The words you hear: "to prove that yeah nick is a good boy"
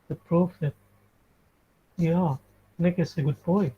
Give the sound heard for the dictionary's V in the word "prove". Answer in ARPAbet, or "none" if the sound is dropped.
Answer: F